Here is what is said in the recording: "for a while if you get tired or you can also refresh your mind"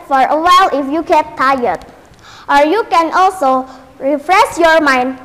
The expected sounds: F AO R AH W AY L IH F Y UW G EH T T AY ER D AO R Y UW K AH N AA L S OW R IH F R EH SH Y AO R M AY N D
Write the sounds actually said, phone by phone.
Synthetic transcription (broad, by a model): F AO R AH W AY L IH F Y UW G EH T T AY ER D AO R Y UW K AH N AA L S OW R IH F R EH S Y AO R M AY N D